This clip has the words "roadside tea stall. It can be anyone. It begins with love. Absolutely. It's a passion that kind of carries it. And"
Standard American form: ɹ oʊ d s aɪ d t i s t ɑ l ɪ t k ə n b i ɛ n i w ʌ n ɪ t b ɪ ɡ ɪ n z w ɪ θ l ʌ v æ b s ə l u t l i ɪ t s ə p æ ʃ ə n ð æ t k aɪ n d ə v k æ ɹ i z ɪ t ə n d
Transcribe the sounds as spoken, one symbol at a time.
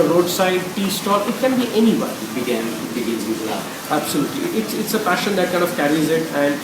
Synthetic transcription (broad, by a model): ɹ oʊ d s aɪ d t i s t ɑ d ɪ t k ə n b i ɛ n i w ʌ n ɪ t b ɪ ɡ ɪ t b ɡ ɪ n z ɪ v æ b s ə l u t l i ɪ t s ə p æ ʃ ə n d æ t k aɪ n d ə v k æ ɹ i z ɪ t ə n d